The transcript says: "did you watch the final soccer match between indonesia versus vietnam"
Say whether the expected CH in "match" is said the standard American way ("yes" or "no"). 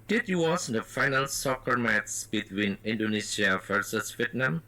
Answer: no